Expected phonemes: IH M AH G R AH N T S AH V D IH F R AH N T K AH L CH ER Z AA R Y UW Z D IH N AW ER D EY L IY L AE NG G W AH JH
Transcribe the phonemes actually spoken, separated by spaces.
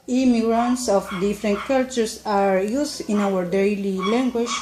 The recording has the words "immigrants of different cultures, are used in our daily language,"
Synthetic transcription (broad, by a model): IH M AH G R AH N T S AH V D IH F R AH N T K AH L CH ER S AA R Y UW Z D IH N AW ER D EY L IY L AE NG G W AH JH